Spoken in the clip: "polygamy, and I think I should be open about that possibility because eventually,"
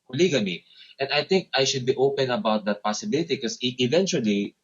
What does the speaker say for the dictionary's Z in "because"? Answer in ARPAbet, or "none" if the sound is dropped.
none